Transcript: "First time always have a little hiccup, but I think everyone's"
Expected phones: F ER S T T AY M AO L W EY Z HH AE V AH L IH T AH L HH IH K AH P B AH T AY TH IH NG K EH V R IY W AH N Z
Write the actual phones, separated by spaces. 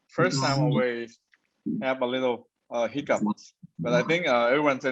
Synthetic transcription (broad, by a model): F ER S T T AY M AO W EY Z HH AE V AH L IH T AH HH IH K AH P B AH T AY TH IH NG K EH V R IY W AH N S